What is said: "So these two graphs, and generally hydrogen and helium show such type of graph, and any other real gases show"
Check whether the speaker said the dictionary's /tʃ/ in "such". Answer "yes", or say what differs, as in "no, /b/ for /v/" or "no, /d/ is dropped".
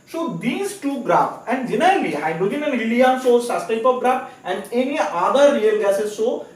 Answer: no, /s/ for /tʃ/